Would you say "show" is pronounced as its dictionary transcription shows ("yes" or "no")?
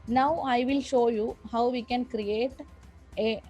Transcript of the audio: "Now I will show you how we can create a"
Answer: yes